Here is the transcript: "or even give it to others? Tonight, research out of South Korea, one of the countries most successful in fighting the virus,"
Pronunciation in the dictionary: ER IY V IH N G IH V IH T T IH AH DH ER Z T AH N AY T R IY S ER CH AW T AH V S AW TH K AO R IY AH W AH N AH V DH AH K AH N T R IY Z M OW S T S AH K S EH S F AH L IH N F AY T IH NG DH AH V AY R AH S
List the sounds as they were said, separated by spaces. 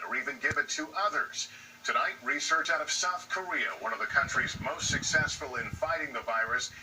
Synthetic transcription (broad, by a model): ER IY V IH N G IH V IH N T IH AH DH ER Z T AH N AY T R IY S ER CH AW T AH V S AW TH K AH R IY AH W AH N AH V DH AH K AH N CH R IY Z M OW S T S AH K S EH S F AH L IH N F AY T IH NG DH AH V AY R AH S